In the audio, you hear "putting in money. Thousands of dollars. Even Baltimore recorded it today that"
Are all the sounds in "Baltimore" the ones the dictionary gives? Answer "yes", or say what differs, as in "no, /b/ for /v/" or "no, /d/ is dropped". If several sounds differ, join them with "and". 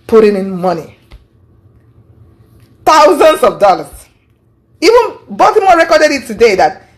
no, /l/ is dropped